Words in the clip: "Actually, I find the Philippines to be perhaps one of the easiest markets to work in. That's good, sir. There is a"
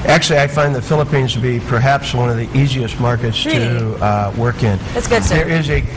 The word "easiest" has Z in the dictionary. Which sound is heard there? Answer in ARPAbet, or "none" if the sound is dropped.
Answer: Z